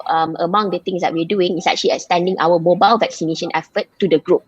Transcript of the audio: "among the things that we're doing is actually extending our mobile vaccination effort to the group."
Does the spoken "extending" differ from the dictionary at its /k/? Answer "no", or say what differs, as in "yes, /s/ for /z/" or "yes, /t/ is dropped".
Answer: yes, /k/ is dropped